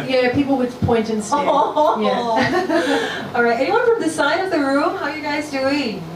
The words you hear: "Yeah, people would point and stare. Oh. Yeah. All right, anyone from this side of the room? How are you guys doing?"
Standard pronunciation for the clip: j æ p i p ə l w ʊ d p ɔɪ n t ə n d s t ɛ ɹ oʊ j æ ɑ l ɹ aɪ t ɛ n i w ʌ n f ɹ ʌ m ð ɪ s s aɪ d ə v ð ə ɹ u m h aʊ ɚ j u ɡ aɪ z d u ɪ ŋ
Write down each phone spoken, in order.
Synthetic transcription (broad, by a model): j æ p i p l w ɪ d p ɔɪ n t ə n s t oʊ j æ ɑ l ɹ aɪ t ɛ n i w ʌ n f ɹ ʌ m ð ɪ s s aɪ d ə v ð ə ɹ u m h aʊ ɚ j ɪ ɡ aɪ z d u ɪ